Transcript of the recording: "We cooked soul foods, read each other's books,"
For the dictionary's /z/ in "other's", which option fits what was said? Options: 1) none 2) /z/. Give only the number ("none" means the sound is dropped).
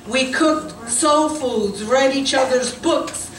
2